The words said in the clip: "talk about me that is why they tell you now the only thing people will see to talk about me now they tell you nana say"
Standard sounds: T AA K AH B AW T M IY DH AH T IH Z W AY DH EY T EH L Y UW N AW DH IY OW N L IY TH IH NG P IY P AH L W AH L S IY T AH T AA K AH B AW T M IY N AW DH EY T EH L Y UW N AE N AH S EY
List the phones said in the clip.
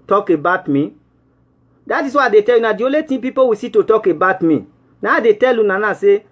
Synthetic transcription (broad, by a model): T AA K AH B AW T M IY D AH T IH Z W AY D EY T EH L Y UW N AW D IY OW L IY T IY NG P IY P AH W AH S IY T AH T AA K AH B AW T M IY N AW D EY T EH L Y UW N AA N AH S EY